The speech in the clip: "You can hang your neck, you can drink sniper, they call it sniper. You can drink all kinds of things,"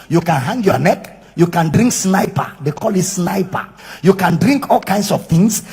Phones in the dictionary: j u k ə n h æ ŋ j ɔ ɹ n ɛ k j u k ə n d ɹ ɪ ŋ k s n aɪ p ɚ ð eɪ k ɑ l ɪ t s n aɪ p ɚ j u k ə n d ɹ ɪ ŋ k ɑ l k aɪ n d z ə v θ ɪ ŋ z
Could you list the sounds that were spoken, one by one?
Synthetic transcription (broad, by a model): j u k ə n h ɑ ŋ j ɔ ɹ n ɛ k j u k ə n d ɹ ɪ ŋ k s n aɪ p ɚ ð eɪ k ɑ l ɪ t s n aɪ p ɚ j u k ə n d ɹ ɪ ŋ k ɑ l k aɪ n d s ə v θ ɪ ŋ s